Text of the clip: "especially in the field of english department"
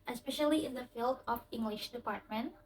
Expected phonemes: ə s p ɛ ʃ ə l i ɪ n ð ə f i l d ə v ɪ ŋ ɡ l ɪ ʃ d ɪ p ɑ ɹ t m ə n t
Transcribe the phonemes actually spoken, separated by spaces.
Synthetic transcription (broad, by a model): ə s p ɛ ʃ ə l i ɪ n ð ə f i l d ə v ɪ ŋ ɡ l ɪ ʃ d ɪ p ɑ ɹ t m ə n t